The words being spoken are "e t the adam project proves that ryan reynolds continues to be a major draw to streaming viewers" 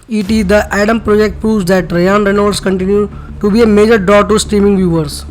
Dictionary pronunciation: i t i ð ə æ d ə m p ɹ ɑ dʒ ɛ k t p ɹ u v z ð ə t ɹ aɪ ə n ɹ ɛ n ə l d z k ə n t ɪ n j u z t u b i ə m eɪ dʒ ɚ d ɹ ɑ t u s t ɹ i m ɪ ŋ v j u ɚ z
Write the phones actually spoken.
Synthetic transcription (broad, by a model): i t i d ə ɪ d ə m p ɹ ɑ dʒ ɛ k t p ɹ u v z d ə t ɹ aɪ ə n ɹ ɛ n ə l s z k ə n t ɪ n j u t u b i ə m eɪ dʒ ɚ d ɹ ɑ t u s t ɹ i m ɪ ŋ v j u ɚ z